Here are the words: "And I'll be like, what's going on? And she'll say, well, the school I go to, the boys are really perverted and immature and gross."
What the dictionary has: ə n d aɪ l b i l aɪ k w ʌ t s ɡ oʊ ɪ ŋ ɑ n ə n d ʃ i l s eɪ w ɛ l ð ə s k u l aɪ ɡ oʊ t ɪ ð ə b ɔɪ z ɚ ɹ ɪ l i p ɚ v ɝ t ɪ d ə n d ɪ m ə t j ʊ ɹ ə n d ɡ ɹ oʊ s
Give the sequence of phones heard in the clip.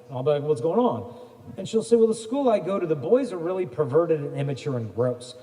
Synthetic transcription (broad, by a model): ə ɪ l b i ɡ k w ʌ t s ɡ oʊ ɪ ŋ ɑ n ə n ʃ i l s eɪ w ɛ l ð ə s k u l aɪ ɡ oʊ t ɪ ð ə b ɔɪ z ɚ ɹ ɪ l i p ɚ v ɝ t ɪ d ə n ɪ m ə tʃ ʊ ɹ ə n ɡ ɹ oʊ s